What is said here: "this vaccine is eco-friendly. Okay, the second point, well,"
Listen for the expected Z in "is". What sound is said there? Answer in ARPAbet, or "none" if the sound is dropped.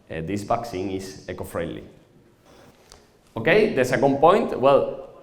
S